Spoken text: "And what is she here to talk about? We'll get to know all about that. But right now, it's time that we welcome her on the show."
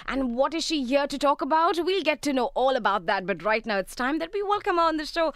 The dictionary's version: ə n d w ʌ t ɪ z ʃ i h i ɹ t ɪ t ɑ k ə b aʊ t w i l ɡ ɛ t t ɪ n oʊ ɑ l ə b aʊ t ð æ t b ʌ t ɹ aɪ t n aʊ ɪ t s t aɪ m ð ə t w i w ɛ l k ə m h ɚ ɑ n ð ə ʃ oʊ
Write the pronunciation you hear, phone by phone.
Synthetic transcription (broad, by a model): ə n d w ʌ t ɪ z ʃ i h i ɹ t ɪ t ɑ k ə b aʊ t w i l ɡ ɛ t t ɪ n oʊ ɑ l ə b aʊ t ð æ t b ʌ t ɹ aɪ t n aʊ ɪ t s t aɪ m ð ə t w i w ɛ l k ə m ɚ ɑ n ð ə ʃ oʊ